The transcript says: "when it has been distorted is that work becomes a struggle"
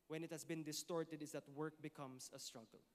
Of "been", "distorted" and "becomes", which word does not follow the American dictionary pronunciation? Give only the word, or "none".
becomes